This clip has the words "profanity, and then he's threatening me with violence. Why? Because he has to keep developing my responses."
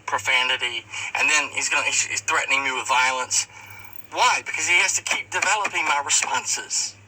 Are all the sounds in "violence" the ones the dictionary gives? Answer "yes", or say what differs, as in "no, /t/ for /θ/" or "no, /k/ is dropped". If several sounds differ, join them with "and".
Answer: yes